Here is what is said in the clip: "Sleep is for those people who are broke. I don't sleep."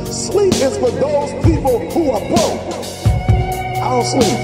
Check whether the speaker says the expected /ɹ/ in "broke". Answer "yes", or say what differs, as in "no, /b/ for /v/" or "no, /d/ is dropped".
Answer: no, /ɹ/ is dropped